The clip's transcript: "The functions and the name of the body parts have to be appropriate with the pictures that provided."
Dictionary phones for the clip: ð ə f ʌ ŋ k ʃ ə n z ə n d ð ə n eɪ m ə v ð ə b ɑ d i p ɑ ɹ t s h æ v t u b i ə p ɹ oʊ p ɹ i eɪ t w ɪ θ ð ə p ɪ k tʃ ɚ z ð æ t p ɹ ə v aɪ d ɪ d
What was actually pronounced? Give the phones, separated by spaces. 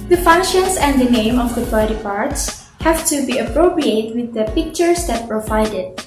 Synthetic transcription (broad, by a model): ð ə f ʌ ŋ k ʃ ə n s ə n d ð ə n eɪ m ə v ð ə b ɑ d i p ɑ ɹ t s h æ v t u b i ə p ɹ oʊ p ɹ i eɪ t w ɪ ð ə p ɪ k tʃ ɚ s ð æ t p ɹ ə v aɪ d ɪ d